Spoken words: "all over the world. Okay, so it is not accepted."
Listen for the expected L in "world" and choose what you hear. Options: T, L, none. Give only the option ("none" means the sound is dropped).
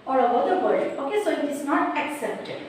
none